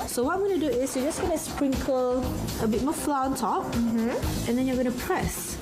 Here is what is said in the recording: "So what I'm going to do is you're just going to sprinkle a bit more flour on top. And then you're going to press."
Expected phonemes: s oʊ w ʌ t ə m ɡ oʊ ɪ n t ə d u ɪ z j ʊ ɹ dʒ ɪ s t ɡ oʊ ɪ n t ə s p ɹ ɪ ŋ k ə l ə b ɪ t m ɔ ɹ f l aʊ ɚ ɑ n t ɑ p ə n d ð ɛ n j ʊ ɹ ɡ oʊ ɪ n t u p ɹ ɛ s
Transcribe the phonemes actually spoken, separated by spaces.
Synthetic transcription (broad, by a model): s oʊ w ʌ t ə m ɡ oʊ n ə d u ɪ s j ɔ dʒ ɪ s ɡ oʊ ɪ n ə s p ɹ ɪ ŋ k ə l ə b ɪ t m ɔ f l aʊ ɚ ɑ n t ɑ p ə n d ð ɛ n j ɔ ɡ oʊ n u p ɹ ɛ s